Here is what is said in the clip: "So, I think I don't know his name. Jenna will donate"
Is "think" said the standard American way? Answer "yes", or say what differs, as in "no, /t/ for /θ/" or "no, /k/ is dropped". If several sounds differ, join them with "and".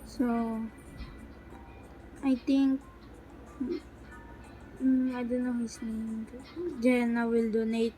no, /t/ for /θ/